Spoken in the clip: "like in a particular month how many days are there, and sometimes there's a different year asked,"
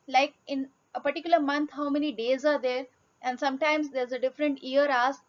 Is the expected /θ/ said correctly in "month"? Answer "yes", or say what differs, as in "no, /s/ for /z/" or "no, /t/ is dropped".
no, /t/ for /θ/